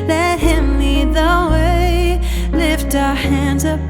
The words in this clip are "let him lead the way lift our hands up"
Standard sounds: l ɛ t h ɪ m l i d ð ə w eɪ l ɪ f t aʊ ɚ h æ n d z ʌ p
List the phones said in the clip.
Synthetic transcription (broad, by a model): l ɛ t h ɪ m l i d ð ə w eɪ l ɪ f t aʊ ɚ h æ n d z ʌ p